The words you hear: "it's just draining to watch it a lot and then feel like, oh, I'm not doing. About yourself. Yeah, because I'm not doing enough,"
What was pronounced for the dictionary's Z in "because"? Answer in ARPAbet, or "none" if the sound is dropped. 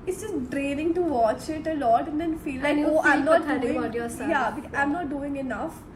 none